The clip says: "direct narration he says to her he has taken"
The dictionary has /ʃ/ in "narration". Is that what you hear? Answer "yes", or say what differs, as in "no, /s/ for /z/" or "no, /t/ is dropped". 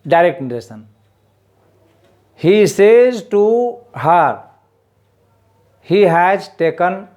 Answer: no, /s/ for /ʃ/